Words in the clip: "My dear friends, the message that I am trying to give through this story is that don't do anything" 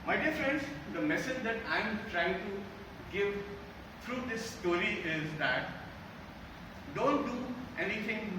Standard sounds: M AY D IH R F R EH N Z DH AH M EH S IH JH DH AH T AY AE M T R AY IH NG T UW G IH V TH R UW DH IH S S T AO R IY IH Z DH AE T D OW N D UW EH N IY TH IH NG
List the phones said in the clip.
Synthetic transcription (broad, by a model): M AY D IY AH F R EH N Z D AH M EH S IH JH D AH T AY M T R AY IH NG T UW G IH V T R UW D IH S S T AO R IY IH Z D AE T D OW N D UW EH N IY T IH NG